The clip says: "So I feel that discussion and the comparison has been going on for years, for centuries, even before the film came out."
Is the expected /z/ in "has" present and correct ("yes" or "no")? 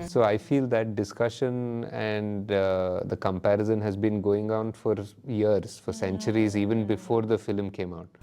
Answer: yes